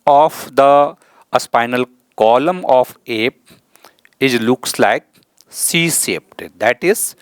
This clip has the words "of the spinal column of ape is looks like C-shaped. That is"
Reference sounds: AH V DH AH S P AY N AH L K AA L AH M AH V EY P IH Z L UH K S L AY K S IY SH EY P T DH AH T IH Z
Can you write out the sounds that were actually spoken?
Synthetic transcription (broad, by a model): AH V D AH S P AY N AH L K AA L AH M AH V EY P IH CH L UH K S L AY K S IY S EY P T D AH T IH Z